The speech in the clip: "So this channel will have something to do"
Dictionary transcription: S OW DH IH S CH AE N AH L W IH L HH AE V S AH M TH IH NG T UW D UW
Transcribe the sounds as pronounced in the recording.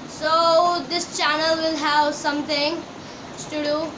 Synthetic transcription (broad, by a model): S OW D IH S CH AE N AH L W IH L HH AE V S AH M T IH NG T UW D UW